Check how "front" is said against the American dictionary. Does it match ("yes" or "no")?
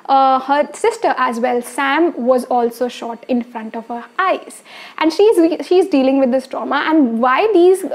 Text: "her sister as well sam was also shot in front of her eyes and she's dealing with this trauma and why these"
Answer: yes